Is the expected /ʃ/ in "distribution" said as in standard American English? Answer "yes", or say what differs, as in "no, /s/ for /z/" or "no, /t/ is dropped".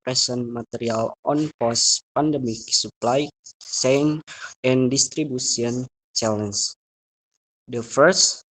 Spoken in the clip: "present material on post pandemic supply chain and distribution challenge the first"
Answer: no, /s/ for /ʃ/